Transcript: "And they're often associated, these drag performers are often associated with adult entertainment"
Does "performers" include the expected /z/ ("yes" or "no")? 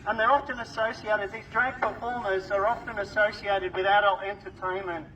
yes